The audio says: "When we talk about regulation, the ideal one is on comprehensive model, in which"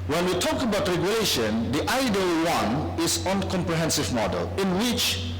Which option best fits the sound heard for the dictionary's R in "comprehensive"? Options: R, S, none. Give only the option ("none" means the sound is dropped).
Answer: R